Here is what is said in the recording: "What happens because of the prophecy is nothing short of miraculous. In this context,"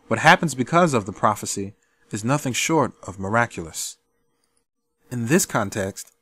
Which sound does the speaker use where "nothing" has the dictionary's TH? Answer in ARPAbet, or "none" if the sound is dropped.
TH